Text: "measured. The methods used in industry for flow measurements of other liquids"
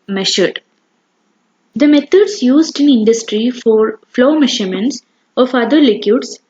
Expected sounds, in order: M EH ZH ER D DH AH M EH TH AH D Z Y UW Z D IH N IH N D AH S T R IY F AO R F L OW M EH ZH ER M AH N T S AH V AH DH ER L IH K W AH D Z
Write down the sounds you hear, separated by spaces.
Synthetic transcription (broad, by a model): M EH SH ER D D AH M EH T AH D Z Y UW Z D IH N IH N D AH S T R IY F AO R F L OW M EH SH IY M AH N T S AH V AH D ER L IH K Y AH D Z